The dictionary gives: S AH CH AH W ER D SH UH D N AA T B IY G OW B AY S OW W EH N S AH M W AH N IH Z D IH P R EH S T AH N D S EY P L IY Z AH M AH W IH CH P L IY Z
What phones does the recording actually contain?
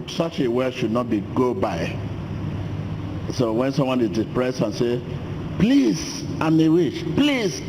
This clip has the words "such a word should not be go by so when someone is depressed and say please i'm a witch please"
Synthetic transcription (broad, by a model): S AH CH AH W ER SH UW D N AA T B IY G OW B AY S OW W EH N S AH M W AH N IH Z D IH P R EH S T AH N S EY P L IY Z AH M AH W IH SH P L IY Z